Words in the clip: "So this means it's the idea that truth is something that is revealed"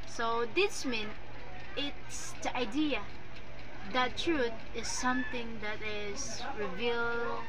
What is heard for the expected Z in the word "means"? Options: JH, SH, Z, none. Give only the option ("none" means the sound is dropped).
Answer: none